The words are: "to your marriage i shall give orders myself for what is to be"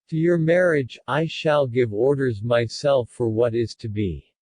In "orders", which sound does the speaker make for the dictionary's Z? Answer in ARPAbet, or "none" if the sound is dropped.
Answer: Z